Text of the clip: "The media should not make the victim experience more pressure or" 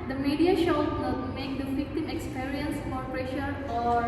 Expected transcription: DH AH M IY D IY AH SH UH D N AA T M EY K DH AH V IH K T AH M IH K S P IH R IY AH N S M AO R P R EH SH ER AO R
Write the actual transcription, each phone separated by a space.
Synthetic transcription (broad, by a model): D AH M IY D IY AH SH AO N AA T M EY K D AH F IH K T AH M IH K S P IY R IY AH N S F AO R P R EH SH ER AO R